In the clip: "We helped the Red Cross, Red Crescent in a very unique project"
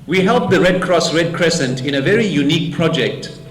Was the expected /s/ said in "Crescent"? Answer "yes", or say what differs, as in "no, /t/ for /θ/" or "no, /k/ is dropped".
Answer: yes